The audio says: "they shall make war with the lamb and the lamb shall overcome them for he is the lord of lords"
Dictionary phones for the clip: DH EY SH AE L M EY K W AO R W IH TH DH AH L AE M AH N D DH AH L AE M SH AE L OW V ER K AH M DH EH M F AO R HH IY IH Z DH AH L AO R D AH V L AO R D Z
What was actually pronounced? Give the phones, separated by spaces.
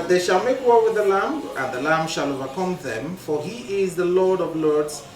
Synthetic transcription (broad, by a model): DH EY SH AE L M EY K W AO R W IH DH AH L AE M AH N DH AH L AE M SH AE L OW V ER K AH M DH EH M F AO R HH IY IH Z DH AH L AO R D AH V L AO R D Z